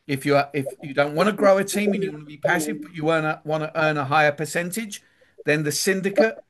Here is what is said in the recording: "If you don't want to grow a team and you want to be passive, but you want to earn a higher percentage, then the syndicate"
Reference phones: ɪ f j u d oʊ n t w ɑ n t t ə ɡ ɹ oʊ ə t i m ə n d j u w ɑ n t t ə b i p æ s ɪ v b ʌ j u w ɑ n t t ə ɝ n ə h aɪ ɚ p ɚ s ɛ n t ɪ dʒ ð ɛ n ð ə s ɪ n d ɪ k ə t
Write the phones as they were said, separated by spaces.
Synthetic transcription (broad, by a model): ɪ f j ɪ d oʊ n t w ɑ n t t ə ɡ ɹ oʊ ə t i m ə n j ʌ w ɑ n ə b i p æ s ɪ v b ʌ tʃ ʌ w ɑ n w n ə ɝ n ə h aɪ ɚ p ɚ s ɛ n t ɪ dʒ ð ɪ n ð ə s ɪ n d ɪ k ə t